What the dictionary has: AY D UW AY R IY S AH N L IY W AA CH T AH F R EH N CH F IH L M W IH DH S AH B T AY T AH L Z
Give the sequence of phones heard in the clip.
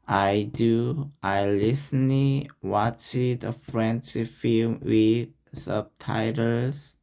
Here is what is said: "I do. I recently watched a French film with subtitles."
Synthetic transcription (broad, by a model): AY D UW AY L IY S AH N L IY W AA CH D AH F R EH N S F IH L M W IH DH S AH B T AY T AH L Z